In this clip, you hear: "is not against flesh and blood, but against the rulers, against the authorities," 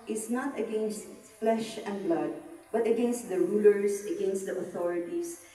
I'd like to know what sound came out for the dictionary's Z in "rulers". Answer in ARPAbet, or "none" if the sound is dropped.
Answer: S